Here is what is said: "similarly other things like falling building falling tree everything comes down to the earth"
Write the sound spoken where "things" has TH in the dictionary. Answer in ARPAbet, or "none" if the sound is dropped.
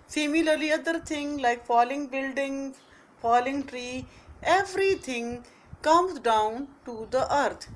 T